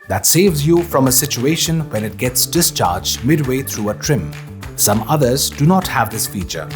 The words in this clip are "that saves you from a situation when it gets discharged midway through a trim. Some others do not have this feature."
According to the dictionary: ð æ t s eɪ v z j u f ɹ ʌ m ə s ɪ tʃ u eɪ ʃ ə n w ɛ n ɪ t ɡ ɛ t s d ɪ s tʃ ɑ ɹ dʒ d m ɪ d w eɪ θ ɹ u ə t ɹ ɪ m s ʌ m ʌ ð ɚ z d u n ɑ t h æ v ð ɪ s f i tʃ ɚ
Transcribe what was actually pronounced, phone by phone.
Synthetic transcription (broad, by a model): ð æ t s eɪ v z j u f ɹ ʌ m ə s ɪ tʃ u eɪ ʃ ə n w ɛ n ɪ t ɡ ɛ t s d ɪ s tʃ ɑ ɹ dʒ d m ɪ d w eɪ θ ɹ u ə t ɹ ɪ m s ʌ m ʌ ð ɚ z d u n ɑ t h æ v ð ɪ s f i tʃ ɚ